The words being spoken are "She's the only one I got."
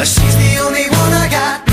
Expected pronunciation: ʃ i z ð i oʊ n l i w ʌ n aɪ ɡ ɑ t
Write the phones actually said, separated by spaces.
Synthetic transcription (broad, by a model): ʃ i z ð i oʊ n l i w ʌ n aɪ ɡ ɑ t